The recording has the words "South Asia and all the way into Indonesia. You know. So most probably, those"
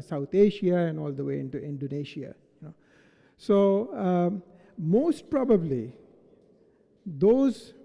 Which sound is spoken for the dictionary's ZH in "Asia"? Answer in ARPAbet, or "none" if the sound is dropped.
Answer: SH